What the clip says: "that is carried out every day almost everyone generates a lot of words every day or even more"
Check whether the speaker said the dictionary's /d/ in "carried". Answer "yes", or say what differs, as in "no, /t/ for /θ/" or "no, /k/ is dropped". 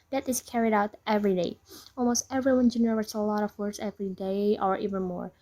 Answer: yes